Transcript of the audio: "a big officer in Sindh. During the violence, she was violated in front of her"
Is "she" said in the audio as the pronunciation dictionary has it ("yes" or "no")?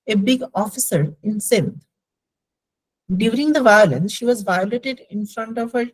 yes